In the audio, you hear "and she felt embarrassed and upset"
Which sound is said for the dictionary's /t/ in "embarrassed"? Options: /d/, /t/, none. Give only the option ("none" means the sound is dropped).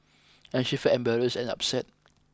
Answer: none